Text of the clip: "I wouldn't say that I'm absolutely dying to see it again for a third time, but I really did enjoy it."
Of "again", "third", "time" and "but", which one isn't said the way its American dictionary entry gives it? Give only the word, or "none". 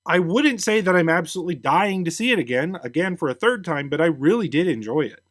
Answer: none